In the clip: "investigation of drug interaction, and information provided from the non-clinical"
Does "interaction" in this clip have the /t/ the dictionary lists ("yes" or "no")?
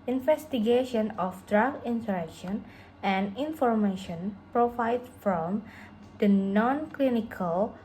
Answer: no